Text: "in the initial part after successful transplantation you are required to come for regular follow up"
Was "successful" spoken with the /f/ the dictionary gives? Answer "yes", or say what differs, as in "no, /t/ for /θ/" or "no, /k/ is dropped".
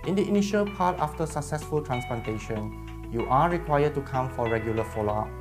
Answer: yes